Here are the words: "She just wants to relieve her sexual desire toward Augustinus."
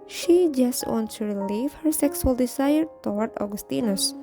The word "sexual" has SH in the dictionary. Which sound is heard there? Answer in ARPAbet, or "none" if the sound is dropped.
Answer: S